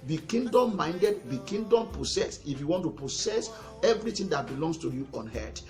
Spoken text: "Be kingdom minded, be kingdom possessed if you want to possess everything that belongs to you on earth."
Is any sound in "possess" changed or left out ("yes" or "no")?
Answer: yes